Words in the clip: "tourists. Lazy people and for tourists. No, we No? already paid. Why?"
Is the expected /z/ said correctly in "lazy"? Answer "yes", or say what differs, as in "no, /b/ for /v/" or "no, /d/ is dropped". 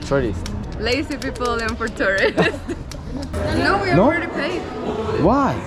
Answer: no, /s/ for /z/